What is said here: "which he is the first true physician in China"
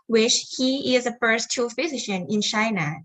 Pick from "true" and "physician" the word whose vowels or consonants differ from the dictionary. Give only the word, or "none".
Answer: true